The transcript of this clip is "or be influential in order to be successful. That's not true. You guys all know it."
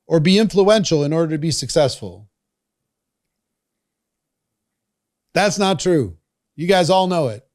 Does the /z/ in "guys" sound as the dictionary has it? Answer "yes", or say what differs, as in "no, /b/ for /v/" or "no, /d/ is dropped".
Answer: yes